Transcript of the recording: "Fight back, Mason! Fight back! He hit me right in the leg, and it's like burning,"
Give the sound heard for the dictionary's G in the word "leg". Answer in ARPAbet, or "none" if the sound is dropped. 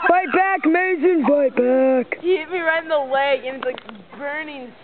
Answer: none